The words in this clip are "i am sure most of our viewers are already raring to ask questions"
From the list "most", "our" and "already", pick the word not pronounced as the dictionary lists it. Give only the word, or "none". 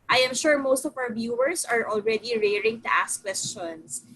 our